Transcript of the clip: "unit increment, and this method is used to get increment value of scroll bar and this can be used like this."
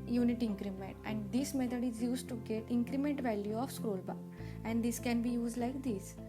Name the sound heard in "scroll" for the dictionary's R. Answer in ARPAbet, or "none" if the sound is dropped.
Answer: R